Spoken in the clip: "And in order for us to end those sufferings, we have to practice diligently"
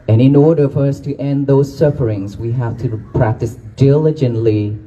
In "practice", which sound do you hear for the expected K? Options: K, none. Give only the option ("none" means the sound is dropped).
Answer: K